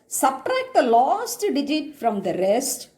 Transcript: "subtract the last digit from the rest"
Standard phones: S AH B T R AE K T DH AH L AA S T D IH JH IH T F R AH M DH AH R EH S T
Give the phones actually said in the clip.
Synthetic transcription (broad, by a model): S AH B T R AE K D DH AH L AA S T D IH JH IH T F R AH M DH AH R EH S T